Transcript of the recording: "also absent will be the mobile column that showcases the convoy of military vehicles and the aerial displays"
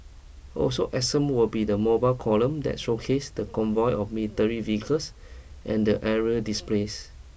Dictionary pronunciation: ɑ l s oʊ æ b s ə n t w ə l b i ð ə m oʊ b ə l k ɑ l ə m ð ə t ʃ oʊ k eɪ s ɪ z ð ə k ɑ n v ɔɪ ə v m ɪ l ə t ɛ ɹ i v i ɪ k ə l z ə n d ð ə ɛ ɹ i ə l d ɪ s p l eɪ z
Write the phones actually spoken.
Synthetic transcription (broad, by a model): ɑ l s oʊ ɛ s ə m w ə l b i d ə m oʊ b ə l k ɑ l ə m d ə t ʃ oʊ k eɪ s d ə k ɑ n v ɔɪ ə f m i l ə t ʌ ɹ i v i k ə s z ə n d ə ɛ ɹ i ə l d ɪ s p l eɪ s